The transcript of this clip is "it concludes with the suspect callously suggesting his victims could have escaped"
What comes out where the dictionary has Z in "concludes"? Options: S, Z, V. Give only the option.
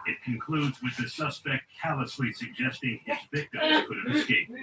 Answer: Z